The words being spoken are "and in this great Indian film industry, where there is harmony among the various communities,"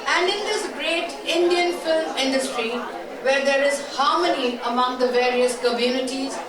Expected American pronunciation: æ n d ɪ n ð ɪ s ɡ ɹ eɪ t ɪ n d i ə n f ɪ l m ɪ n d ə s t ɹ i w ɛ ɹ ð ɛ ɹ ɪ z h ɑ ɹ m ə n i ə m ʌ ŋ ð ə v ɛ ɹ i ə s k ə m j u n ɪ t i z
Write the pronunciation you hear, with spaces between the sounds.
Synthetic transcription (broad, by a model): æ n d ɪ n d ɪ s ɡ ɹ eɪ t ɪ n d i ə n f ɪ l m ɪ n d ə s t ɹ i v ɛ ɹ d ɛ ɹ ɪ z h ɑ ɹ m ə n i ə m ʌ ŋ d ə v ɛ ɹ i ə s k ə m j u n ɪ t i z